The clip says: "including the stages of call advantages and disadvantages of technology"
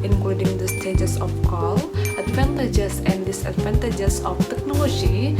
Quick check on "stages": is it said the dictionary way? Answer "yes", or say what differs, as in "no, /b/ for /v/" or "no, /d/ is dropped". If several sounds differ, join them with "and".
no, /s/ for /z/